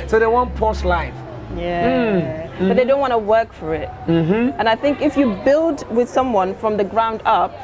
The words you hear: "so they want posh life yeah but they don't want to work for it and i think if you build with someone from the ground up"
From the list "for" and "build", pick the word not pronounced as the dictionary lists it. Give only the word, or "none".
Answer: none